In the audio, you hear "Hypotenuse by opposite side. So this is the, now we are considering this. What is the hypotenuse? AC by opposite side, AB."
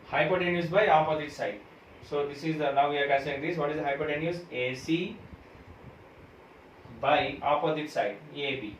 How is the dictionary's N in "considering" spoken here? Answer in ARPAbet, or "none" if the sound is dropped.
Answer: none